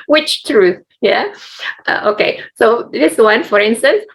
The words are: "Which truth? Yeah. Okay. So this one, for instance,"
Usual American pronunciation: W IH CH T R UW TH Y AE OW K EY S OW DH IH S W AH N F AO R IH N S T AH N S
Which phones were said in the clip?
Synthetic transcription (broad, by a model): W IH CH T R UW TH Y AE OW K EY S OW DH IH S W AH N F AO R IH N S T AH N S